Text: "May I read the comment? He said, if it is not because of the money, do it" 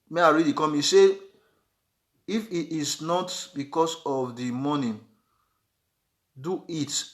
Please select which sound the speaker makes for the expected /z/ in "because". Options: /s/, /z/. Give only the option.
/s/